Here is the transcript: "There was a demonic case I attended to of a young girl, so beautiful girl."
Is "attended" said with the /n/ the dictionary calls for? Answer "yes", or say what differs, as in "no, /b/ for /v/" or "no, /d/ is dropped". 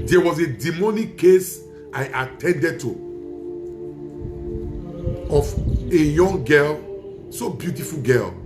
yes